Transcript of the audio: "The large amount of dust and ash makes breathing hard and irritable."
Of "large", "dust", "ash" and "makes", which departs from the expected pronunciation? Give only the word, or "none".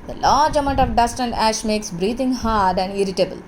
none